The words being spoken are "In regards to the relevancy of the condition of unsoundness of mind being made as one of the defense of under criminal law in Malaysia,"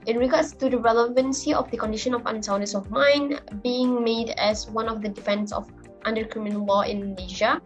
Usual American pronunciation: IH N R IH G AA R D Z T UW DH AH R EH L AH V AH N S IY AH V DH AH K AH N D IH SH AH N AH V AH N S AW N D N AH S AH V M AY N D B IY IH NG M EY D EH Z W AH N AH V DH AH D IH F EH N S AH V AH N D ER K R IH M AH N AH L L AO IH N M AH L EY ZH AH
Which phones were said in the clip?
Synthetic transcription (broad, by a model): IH N R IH G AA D S T UW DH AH R EH L AH V AH N S IY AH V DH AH K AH N D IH SH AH N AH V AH N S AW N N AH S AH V M AY N B IY IH NG M EY D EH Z W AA N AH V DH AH D IH F EH N S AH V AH N D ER K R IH M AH N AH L L AO IH N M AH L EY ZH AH